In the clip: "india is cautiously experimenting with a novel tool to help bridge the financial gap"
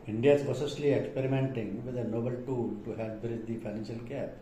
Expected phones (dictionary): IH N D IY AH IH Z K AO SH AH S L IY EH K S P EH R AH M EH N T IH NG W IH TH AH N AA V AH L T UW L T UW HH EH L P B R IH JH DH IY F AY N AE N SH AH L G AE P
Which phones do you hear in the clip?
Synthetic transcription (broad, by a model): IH N D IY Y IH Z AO S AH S L IY EH K S P EH R AH M EH N T IH NG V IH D AH N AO B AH L T UW L T UW HH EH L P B R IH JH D IY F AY N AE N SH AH L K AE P